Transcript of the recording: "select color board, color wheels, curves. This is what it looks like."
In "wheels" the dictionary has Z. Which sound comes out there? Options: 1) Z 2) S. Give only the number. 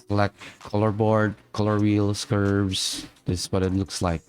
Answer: 2